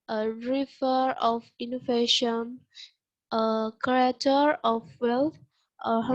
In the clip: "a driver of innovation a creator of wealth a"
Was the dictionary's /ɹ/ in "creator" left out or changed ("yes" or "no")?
yes